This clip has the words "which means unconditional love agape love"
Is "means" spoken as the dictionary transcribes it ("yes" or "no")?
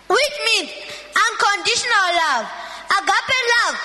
no